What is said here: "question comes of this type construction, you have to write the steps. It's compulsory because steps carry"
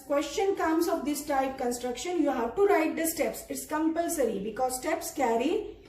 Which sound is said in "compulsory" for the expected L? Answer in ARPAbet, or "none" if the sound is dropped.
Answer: L